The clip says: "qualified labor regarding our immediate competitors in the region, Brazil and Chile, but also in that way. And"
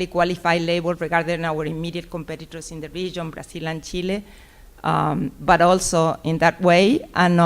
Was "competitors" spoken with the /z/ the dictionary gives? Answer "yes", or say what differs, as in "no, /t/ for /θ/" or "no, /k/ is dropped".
no, /s/ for /z/